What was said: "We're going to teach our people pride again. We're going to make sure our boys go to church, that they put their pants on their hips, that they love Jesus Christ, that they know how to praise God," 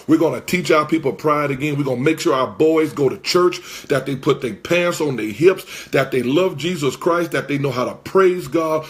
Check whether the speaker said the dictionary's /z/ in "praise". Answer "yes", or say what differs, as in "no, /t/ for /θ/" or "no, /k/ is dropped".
yes